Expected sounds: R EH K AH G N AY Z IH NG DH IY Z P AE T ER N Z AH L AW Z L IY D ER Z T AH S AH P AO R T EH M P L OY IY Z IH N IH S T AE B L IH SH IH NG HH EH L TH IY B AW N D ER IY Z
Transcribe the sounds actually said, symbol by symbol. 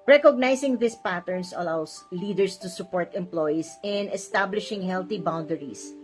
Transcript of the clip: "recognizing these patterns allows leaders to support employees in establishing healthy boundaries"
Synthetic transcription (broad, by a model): R EH K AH G N AY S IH NG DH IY S P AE T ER N S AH L AW S L IY D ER S T AH S AH P AO R T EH M P L OY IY S IH N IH S T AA B L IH SH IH NG HH EH L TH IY B AW N D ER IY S